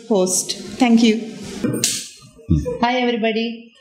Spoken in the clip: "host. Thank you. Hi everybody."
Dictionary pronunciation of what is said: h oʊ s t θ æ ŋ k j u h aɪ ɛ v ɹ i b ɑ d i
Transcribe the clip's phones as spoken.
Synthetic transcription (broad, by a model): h oʊ s t t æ ŋ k j u h aɪ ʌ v ɹ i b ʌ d i